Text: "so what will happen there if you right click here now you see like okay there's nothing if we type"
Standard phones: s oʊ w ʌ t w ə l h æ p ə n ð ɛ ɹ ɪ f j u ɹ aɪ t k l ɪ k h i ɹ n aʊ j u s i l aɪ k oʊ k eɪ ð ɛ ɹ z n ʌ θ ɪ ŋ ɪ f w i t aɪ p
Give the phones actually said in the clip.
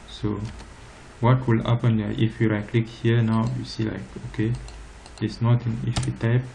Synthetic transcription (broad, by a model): s oʊ w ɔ t w ə l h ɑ p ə n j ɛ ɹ ɪ f j u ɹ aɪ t k l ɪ k h i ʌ n aʊ j u s i l aɪ k oʊ k eɪ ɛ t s n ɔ t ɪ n ɪ f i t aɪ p